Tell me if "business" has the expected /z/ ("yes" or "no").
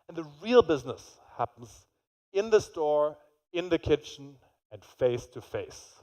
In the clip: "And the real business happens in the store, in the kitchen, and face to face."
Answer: yes